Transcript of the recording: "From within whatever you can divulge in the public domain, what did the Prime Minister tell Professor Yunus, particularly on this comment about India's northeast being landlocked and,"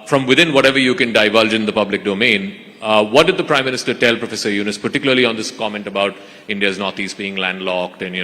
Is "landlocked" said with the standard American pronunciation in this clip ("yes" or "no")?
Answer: yes